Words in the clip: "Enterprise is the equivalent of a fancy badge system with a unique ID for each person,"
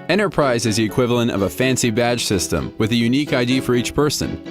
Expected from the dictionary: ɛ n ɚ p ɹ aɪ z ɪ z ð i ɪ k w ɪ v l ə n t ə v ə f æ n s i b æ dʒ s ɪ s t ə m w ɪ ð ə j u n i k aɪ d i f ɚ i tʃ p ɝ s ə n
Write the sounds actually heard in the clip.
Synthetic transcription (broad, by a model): ɛ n ɚ p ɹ aɪ z ɪ z ð i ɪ k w ɪ v l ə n t ə v ə f æ n s i b æ dʒ s ɪ s t ə m w ɪ ð ə j u n i k aɪ d i f ɚ i tʃ p ɝ s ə n